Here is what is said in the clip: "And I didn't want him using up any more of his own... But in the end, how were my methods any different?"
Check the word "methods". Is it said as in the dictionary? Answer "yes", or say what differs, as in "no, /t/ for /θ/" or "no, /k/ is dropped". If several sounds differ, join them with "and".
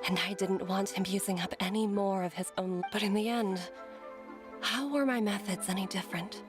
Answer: yes